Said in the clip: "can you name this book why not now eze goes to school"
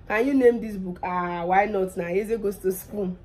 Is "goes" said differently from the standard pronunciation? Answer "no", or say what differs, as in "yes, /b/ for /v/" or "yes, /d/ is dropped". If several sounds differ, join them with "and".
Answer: yes, /s/ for /z/